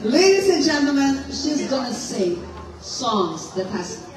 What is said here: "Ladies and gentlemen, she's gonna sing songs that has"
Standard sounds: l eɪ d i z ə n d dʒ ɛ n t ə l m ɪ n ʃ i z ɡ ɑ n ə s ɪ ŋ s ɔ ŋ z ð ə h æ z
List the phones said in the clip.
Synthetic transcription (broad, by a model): l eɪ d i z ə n dʒ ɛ n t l m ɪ n ʃ i z ɡ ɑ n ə s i s ɔ ŋ z ð ə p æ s